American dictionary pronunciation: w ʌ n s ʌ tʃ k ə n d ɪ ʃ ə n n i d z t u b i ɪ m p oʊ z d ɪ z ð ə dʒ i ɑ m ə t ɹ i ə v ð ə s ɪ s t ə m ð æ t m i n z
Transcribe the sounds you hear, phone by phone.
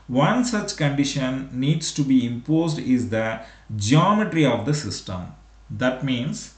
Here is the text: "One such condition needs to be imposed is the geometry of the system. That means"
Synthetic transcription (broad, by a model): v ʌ n s ʌ tʃ k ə n d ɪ ʃ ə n n i d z t u b i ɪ m p oʊ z d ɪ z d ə dʒ i ɑ m ə t ɹ i ə v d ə s ɪ s t ə m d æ t m i n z